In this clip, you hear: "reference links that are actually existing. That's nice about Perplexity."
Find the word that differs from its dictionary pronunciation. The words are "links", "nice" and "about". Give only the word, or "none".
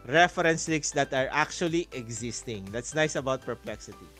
links